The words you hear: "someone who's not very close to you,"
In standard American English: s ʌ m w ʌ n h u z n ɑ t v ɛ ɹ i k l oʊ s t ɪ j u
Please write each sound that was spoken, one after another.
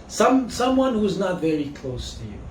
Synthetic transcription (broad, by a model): s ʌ m w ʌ n h u z n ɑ t v ɛ ɹ i k l oʊ s t ɪ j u